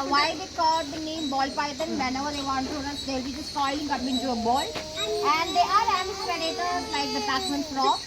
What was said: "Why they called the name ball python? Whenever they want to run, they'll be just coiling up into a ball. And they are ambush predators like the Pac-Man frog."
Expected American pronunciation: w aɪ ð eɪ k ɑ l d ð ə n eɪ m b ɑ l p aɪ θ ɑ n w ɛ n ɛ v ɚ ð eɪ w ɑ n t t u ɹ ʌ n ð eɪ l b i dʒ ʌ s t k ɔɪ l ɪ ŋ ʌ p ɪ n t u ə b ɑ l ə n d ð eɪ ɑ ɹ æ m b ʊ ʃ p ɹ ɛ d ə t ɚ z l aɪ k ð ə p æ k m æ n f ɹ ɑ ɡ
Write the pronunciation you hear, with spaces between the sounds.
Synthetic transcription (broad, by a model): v aɪ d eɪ k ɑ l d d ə n eɪ m b ɑ l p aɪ t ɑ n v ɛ n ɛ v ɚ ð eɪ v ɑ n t t u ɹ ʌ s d eɪ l b i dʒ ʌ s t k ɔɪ l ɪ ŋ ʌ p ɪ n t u ə b ɑ l ə n d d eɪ ɑ ɹ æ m ɪ s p ɛ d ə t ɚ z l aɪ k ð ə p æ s m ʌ n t ɹ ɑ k